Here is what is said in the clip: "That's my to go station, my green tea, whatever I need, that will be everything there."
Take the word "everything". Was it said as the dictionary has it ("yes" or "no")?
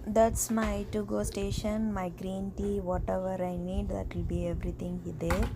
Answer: no